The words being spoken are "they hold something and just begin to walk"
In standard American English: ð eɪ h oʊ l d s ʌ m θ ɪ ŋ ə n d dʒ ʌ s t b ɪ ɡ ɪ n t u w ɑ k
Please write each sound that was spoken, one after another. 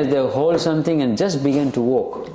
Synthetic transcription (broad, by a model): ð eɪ h oʊ l d s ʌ m t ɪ ŋ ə n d dʒ ʌ s t b ɪ ɡ ɪ n t u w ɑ k